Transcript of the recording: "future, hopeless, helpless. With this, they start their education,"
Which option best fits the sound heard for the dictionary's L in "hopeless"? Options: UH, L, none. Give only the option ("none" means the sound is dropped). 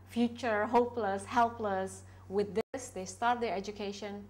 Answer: L